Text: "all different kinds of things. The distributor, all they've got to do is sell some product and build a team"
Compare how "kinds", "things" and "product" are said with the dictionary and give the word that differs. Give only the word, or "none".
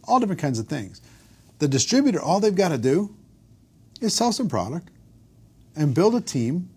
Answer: none